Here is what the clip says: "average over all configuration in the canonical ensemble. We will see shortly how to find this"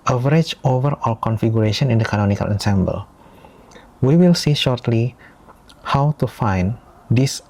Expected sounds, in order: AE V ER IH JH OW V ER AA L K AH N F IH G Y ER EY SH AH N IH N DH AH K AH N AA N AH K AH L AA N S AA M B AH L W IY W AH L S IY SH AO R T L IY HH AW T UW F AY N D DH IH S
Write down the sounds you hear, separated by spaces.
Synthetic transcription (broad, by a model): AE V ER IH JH OW V ER AA L K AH N F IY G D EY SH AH N IH N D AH K AH N AA N AH K AH L AA N S AA M B AH L W IY W AH L S IY SH AO R T L IY HH AW T UW F AY N D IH S